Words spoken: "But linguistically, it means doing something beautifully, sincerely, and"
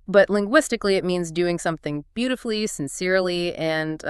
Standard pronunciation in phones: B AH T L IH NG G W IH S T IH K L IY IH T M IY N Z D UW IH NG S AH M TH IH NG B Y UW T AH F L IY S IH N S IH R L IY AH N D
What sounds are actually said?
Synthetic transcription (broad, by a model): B AH T L IH NG G W IH S T IH K L IY IH T M IY N Z D UW IH NG S AH M TH IH NG B Y UW T AH F L IY S IH N S IH R L IY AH N